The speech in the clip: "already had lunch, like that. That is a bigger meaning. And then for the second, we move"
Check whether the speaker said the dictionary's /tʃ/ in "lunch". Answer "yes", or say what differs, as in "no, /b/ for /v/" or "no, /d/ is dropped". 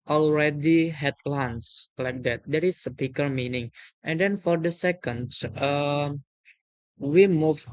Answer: no, /s/ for /tʃ/